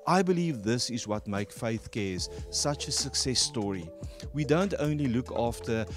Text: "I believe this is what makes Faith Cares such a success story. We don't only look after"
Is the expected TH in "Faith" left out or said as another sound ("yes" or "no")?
no